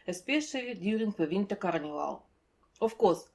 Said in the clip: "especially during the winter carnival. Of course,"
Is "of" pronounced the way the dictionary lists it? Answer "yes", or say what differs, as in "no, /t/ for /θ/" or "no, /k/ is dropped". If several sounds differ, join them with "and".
no, /f/ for /v/